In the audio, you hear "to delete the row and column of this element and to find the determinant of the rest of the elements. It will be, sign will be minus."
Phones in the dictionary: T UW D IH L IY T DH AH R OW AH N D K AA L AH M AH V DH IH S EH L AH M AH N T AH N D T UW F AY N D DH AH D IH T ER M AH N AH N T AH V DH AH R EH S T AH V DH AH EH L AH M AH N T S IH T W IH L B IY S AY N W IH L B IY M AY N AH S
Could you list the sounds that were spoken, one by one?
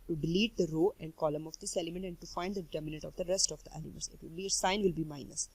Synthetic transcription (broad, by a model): T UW D IH L IY T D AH R OW AH N D K AA L AH M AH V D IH S EH L AH M AH N T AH N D T UW F AY N D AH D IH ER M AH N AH T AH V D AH R EH S T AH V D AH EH L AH M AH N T S IH T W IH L B IY S AY N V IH L B IY M AY N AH S